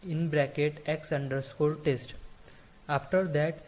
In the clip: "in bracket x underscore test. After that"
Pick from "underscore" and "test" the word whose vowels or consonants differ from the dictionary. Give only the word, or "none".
underscore